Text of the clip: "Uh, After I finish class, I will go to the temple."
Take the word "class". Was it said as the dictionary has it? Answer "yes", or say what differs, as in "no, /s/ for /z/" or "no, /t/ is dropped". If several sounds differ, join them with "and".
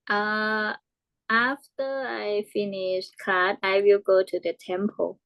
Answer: no, /l/ is dropped